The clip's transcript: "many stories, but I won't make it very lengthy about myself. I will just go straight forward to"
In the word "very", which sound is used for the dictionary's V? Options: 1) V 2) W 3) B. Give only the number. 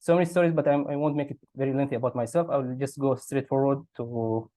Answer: 1